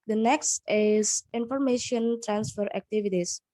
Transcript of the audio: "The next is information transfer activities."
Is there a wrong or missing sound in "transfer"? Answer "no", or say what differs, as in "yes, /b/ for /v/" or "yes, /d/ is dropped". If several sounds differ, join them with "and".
no